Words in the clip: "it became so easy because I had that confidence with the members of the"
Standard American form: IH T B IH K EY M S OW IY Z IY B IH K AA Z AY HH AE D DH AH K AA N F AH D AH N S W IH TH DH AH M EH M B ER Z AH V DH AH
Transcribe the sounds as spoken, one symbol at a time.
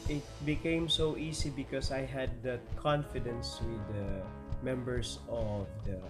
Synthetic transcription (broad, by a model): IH T B IH K EY M S OW IY S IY B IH K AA S AY HH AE D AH K AA N F AH D AH N S W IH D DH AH M EH M B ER S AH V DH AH